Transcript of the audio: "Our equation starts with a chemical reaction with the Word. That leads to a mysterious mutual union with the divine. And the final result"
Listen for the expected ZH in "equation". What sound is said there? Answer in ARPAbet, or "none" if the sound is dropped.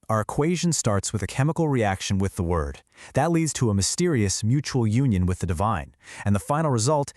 ZH